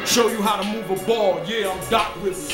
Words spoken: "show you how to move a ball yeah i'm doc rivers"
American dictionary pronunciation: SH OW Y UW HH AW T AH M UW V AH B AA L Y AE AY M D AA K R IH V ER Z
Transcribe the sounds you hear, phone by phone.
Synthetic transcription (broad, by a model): SH OW Y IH HH AW T AH M UW V AH B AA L Y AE AY M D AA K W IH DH